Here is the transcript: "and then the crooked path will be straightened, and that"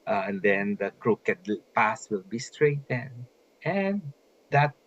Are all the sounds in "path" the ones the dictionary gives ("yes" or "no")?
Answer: no